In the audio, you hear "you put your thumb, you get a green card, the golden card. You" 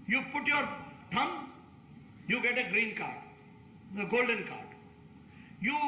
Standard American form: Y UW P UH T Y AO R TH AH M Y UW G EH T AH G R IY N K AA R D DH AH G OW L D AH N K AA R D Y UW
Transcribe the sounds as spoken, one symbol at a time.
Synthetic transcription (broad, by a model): Y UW P UH T Y AO R T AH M Y UW G EH T AH G R IY N K AA R D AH G OW L D AH N K AA R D Y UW